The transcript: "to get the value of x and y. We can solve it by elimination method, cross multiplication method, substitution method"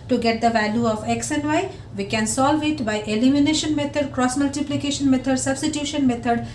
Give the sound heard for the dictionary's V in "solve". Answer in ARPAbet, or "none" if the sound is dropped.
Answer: V